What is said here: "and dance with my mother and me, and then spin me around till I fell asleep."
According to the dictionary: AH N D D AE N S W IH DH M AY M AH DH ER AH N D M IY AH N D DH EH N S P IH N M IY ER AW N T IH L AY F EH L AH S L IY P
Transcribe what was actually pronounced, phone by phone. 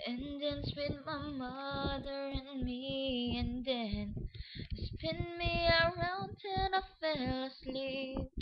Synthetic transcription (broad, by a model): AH N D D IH N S W IH DH M AY M AH DH ER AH N M IY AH N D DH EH N S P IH N M IY ER AW N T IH N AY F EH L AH S L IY